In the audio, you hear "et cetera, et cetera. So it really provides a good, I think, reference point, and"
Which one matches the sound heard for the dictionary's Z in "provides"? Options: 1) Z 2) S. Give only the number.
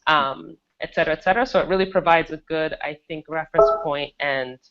1